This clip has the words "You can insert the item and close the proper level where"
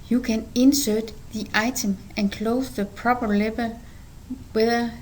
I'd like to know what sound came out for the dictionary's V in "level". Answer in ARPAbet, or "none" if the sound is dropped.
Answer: B